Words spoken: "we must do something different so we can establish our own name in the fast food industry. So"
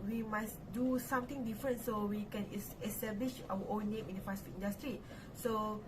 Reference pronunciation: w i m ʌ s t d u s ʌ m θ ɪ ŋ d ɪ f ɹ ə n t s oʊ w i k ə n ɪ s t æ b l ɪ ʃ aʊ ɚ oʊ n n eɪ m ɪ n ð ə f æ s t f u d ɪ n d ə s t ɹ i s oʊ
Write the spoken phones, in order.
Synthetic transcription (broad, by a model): w i m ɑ s d u s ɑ m t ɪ ŋ d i f ɹ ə n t s oʊ w i k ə n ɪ s t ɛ b l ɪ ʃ aʊ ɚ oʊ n n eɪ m ɪ n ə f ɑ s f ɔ ɪ n d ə s t ɹ i s oʊ